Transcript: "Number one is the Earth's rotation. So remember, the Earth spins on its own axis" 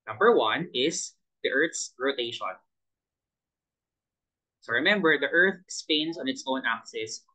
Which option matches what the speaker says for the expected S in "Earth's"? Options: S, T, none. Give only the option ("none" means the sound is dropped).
S